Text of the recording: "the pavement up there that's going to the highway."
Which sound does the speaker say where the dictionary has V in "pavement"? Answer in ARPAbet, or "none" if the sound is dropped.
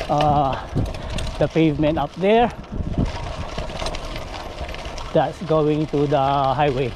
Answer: V